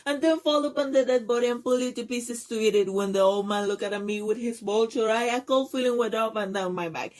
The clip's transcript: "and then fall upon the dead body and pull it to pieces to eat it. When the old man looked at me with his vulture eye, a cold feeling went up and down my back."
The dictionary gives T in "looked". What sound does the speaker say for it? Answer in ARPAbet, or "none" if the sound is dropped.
none